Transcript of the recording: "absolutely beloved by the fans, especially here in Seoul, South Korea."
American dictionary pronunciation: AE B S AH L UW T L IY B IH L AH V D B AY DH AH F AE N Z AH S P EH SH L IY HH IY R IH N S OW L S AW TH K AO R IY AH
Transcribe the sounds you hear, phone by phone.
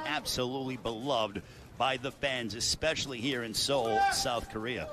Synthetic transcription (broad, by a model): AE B S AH L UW T L IY B IH L AH V D B AY DH AH F AE N Z AH S P EH SH L IY HH IY R IH N S OW L S AW TH K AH R IY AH